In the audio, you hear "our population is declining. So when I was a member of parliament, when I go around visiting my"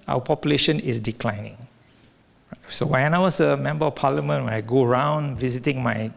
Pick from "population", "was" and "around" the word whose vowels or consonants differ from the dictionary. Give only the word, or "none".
was